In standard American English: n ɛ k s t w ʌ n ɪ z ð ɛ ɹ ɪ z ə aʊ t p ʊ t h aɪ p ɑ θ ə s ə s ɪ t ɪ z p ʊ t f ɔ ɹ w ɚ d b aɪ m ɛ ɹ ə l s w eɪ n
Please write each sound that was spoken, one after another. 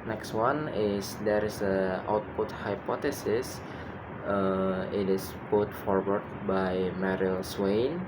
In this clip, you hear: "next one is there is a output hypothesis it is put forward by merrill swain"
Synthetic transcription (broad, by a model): n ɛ k s t w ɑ n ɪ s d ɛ ɹ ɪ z ə aʊ t p ʊ t h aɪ p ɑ t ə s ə s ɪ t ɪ s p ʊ t f ɔ ɹ w ɚ d b aɪ m ɛ ɹ ə l s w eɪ n